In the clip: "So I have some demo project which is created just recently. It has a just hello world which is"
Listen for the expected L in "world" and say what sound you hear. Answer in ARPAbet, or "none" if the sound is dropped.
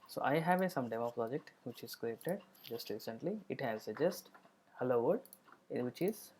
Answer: none